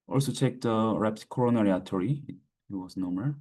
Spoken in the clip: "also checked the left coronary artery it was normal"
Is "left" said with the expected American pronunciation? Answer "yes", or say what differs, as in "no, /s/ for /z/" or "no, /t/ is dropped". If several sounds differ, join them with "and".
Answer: no, /p/ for /f/